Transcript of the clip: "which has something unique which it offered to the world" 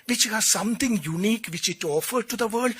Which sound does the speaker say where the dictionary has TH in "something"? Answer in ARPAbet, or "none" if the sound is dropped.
T